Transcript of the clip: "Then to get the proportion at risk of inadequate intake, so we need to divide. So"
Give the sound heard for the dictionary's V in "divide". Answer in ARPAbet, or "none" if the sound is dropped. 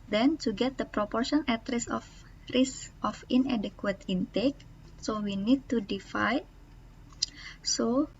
F